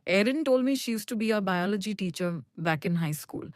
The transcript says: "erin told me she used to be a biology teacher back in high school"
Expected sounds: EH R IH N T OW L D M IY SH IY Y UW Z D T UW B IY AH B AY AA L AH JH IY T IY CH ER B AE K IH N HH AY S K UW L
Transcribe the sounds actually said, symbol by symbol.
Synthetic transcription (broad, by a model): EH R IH N T OW L D M IY SH IY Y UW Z T UW B IY AH B AY AA L AH JH IY T IY CH ER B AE K IH N HH AY S K UW L